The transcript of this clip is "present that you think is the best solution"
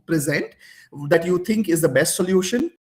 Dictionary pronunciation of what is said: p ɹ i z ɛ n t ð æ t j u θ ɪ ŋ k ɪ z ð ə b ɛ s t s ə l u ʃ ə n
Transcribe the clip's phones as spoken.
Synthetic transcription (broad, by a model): p ɹ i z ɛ n t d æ t j u t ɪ ŋ k ɪ z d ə b ɛ s t s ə l u ʃ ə n